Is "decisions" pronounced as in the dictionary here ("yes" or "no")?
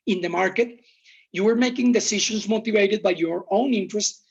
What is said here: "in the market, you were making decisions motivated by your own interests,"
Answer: no